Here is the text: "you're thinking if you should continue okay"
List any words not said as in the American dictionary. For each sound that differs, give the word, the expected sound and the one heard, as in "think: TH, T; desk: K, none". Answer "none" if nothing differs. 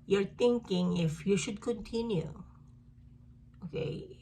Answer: thinking: TH, T